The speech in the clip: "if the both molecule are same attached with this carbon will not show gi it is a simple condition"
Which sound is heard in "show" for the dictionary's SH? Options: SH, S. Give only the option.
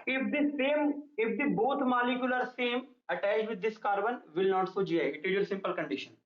S